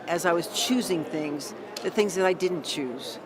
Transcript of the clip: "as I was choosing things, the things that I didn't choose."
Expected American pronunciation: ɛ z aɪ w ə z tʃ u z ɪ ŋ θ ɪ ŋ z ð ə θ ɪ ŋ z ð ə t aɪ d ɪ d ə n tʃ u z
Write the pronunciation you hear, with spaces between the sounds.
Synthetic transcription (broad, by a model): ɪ z aɪ w ə z tʃ u z ɪ ŋ θ ɪ ŋ z ð ə θ ɪ ŋ z ð ə t aɪ d ɪ d n tʃ u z